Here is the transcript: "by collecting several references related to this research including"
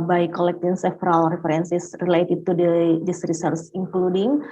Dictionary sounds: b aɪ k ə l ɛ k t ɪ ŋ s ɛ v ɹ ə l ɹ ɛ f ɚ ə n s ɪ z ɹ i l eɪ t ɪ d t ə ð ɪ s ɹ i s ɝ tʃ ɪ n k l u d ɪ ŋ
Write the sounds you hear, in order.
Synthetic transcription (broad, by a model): b aɪ k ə l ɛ k t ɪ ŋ s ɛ f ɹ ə l ɹ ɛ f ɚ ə n s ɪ s ɹ i l eɪ t ɪ d t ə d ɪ s ɹ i s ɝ s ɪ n k l u d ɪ ŋ